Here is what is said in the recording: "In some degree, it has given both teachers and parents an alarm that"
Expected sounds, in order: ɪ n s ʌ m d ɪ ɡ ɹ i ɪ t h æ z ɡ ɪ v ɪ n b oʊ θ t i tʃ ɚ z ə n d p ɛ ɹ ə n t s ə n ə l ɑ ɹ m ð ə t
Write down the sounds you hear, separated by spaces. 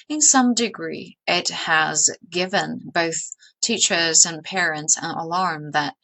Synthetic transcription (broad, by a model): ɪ n s ʌ m d ɪ ɡ ɹ i ɪ t h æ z ɡ ɪ v ɪ n b oʊ θ t i tʃ ɚ z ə n p ɛ ɹ ə n t s ə n ə l ɑ ɹ m ð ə t